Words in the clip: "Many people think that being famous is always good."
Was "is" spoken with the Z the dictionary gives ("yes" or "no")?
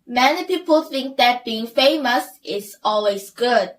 no